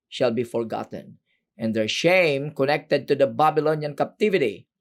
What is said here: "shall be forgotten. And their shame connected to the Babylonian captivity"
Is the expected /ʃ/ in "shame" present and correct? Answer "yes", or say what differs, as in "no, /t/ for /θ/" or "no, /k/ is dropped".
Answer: yes